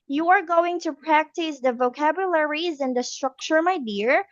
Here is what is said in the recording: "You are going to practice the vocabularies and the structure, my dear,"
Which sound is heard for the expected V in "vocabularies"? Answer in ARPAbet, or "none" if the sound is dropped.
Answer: V